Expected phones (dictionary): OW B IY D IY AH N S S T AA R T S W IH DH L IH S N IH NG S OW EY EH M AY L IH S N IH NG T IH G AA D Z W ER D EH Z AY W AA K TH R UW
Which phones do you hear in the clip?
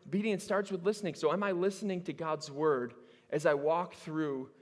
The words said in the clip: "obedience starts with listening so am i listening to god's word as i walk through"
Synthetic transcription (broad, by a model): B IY D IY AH N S S T AA R T S W IH DH L IH S N IH NG S OW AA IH M AY L IH S N IH NG T IH G AA D Z W ER D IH Z AY W AA K TH R UW